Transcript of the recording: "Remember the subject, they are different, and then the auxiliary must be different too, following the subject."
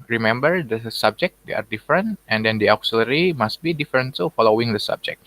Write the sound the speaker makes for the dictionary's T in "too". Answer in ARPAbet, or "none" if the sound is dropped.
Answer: S